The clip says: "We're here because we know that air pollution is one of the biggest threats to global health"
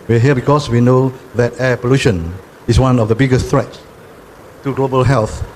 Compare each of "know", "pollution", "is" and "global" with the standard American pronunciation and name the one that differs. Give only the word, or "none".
is